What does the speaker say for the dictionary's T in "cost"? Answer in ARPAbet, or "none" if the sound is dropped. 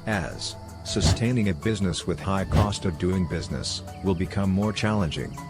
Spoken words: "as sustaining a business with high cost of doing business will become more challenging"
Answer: T